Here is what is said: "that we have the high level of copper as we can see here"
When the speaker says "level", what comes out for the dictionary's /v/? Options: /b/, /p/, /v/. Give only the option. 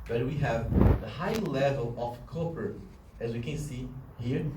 /v/